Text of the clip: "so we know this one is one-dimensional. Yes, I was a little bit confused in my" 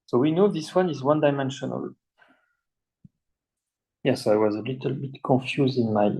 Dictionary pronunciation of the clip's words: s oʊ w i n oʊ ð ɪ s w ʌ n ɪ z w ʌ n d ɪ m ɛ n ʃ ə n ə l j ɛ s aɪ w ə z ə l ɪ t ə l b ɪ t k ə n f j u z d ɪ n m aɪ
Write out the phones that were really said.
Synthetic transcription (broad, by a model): s oʊ w i n oʊ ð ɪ s w ʌ n ɪ z w ʌ n d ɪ m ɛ n ʃ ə n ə l j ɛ s aɪ w ə z ə l ɪ t ə l b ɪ t k ə n f j u z d ɪ n m aɪ